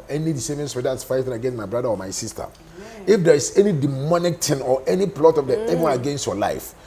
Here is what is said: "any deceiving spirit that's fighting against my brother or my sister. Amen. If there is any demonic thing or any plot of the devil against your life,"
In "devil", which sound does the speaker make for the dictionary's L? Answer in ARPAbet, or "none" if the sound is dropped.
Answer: N